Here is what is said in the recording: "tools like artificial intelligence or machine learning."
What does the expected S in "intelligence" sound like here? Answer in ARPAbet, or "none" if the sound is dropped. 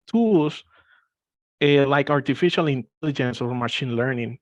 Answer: S